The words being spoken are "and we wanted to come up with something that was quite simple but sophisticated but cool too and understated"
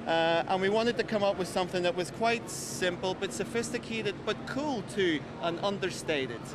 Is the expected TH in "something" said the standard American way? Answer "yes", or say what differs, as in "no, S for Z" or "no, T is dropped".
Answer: yes